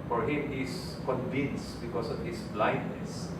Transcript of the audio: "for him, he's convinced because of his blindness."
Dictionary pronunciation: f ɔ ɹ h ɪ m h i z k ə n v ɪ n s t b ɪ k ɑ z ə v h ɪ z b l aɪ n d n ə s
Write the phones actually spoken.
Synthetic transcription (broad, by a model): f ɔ ɹ h ɪ m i s k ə n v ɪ n s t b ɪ k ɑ s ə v h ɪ s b l aɪ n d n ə s